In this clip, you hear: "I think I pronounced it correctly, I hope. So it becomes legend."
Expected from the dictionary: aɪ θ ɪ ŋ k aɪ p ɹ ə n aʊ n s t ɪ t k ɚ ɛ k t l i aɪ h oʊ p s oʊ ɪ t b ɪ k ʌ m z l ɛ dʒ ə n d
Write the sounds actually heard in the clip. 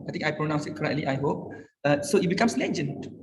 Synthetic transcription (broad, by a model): aɪ t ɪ ŋ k aɪ p ɹ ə n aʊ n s ɪ t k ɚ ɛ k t l i aɪ h oʊ p s oʊ ɪ t b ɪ k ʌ m s l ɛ dʒ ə n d